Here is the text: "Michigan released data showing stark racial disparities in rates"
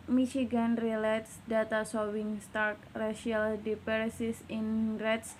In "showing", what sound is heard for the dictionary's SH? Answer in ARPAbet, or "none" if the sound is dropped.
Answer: S